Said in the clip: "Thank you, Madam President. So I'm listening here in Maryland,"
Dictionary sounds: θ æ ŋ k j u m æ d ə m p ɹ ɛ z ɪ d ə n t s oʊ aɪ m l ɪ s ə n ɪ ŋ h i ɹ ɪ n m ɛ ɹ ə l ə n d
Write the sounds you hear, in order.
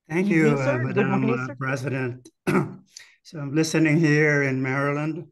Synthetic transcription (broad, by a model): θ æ ŋ k j u m æ d ə m p ɹ ɛ z ɪ d ə n t s oʊ aɪ m l ɪ s ə n ɪ ŋ h i ɹ ɪ n m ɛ ɹ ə l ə n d